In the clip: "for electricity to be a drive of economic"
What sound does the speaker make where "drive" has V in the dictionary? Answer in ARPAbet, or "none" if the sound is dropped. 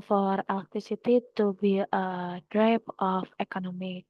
P